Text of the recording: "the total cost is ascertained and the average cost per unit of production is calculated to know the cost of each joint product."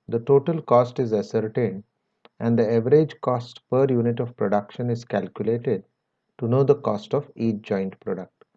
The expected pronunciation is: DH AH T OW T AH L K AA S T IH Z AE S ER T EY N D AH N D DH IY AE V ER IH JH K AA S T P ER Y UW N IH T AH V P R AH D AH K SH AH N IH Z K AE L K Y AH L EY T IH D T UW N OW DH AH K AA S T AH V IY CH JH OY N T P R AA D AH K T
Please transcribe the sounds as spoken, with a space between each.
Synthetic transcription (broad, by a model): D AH T OW T AH L K AA S T IH Z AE S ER T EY N D AH N D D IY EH V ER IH JH K AA S T P ER Y UW N IH T AH V P R AH D AH K SH AH N IH Z K AE L K Y AH L EY T IH D T UW N OW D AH K AA S T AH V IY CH JH OY N T P R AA D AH K T